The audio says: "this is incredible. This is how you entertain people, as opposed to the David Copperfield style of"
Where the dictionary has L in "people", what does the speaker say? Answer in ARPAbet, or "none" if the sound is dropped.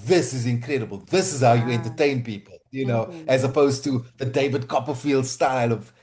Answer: N